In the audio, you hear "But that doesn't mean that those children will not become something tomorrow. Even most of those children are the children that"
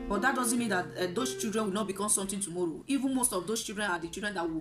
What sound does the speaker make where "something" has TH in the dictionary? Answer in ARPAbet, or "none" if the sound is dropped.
T